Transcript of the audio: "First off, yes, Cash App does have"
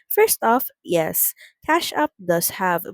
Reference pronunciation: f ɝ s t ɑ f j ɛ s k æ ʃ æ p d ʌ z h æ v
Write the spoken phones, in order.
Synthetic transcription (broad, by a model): f ɝ s t ɑ f j ɛ s k æ ʃ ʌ p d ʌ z h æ v